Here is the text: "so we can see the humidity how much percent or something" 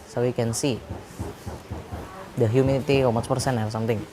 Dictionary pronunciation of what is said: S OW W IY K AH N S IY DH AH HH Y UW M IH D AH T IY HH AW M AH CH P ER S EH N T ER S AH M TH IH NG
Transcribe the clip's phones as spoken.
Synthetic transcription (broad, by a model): S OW W IY K AH N S IY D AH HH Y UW M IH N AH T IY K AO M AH S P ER S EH N ER S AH M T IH NG